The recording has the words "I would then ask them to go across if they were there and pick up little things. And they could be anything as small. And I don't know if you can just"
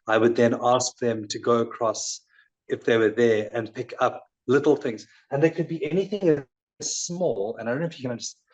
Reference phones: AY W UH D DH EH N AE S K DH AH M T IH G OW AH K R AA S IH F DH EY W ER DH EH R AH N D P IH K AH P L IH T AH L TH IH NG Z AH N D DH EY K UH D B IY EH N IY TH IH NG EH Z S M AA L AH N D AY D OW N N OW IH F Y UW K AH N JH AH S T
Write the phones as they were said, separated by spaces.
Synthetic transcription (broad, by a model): AY W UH D DH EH N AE S K DH AH M T IH G OW AH K R AA S IH F DH EY W ER DH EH R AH N P IH K AH P L IH T L TH IH NG Z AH N DH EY K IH D B IY EH N IY TH IH NG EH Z S M AA L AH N AY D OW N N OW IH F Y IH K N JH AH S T